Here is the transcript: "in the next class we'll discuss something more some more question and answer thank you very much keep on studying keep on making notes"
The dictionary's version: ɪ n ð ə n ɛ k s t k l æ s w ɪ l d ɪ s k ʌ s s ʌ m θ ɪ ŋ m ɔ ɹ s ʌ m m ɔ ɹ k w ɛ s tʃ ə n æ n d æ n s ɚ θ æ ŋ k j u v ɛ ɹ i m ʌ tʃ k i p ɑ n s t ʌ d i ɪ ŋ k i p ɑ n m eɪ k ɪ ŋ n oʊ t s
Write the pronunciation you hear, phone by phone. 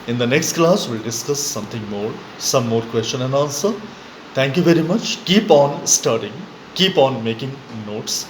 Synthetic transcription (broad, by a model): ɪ n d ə n ɛ k s t k l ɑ s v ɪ l d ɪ s k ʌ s s ʌ m t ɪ ŋ m ɔ ɹ s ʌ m m ɔ ɹ k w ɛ s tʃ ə n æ n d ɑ n s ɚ t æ ŋ k j u v ɛ ɹ i m ʌ tʃ k i p ɑ n s t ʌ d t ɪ ŋ k i p ɑ n m eɪ k ɪ ŋ n oʊ t s